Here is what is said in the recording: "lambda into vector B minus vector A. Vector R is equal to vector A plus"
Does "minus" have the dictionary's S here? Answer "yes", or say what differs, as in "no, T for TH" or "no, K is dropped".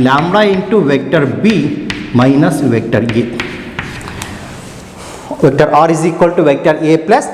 yes